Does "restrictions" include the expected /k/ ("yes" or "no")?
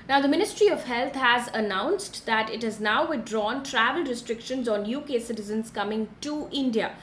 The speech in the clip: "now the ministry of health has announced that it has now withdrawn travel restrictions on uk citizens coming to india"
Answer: yes